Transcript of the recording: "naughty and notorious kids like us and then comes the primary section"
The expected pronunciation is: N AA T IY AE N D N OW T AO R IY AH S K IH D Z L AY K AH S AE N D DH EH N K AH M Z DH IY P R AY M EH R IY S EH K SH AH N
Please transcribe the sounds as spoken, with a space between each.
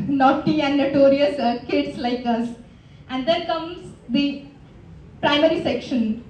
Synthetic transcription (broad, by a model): N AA T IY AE N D N OW T AO R IY AH S K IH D S L AY K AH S AE N D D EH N K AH M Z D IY P R AY M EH R IY S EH K SH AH N